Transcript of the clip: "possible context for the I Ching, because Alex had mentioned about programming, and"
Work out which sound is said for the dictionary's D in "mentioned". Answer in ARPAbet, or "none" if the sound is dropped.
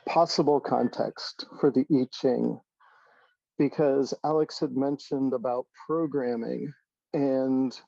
D